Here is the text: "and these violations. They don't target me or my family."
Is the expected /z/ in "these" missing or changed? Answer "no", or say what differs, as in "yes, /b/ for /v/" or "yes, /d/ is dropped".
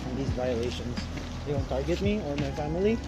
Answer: no